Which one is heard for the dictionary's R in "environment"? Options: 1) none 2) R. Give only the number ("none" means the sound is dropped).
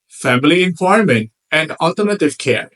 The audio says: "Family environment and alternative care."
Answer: 1